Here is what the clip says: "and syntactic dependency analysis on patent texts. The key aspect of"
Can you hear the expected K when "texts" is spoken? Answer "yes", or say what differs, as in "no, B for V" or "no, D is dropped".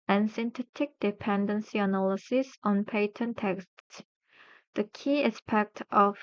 yes